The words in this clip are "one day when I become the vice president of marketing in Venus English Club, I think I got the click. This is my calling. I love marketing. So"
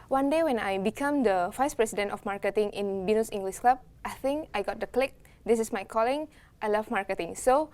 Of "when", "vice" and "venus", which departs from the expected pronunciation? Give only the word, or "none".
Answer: venus